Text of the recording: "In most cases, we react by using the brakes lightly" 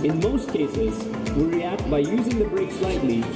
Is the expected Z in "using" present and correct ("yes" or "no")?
yes